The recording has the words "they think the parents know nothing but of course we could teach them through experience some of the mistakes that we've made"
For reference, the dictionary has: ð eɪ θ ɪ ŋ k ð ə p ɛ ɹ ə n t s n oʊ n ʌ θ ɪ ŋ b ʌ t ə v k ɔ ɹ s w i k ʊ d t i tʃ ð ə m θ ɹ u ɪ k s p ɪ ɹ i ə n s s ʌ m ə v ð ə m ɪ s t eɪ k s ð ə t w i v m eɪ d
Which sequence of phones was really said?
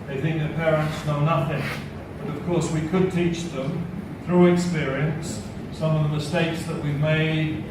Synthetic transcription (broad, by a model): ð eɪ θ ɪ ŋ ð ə p ɛ ɹ ə n t s n oʊ n ʌ θ ɪ ŋ b ʌ t ə v k ɔ ɹ s w i k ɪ d t i tʃ ð ə m θ ɹ u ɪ k s p ɪ ɹ i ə n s s ʌ m ə v ð ə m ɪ s t eɪ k s ð ə t w i v m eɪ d